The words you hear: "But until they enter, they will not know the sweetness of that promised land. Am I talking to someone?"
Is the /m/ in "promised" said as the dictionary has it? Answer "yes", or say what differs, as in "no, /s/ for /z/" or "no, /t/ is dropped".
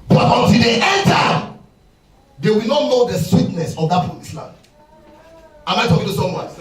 no, /m/ is dropped